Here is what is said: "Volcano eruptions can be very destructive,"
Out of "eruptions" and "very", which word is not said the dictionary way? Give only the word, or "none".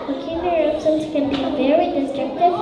eruptions